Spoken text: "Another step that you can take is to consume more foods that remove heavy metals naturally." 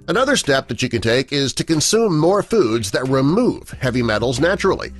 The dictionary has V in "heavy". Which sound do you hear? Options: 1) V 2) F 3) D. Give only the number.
1